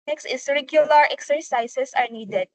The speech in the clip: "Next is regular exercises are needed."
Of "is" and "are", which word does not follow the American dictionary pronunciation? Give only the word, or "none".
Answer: is